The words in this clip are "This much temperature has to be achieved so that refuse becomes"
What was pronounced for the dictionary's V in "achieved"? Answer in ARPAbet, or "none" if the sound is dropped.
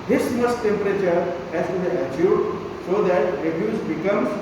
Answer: none